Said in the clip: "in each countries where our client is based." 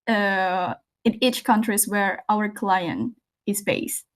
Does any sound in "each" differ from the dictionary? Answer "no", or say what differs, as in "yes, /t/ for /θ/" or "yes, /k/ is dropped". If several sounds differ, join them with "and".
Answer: no